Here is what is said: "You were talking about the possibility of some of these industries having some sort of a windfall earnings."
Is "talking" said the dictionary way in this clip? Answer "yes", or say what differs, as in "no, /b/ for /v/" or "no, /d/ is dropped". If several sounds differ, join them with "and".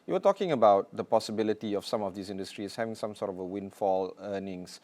yes